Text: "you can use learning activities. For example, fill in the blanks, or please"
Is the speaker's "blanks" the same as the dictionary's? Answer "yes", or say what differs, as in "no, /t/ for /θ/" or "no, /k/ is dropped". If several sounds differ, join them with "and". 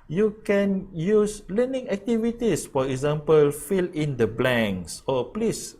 no, /k/ is dropped